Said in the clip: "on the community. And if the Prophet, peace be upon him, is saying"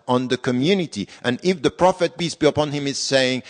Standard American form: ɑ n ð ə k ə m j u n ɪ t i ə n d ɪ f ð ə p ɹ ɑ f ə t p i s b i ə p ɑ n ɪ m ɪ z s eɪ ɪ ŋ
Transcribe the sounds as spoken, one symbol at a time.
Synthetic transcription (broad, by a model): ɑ n ð ə k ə m j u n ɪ t i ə n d ɪ f ð ə p ɹ ɑ f ə t b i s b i ə p ɑ n ɪ m ɪ z s eɪ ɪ ŋ